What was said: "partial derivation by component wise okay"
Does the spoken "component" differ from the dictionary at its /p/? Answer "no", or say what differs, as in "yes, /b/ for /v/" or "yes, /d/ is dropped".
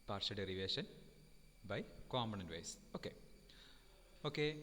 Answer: yes, /p/ is dropped